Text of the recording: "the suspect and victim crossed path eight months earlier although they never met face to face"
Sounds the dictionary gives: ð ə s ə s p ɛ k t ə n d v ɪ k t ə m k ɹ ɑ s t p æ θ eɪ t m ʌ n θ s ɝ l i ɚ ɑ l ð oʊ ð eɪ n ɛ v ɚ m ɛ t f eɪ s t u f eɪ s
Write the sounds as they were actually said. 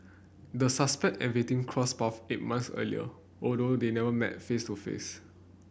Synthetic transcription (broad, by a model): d ə s ə s p ɛ k t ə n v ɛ t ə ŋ k ɹ ɑ s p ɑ f eɪ t m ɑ n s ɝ l i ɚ ɑ l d oʊ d eɪ n ɛ v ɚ m ɛ t f eɪ s t u f eɪ s